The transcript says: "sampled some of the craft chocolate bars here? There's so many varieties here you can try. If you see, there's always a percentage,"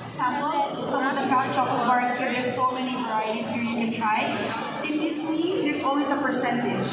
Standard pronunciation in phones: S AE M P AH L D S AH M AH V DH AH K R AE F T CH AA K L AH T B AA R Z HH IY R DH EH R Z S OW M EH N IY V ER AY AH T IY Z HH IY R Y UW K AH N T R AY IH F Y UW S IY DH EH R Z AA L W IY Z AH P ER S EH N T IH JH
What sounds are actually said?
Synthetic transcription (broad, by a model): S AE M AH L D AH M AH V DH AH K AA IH T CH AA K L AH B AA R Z HH IY R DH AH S S OW M EH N IY V ER AY AH T IY Z HH IY R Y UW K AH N T R AY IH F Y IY S IY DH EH R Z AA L W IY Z AH P ER S EH N T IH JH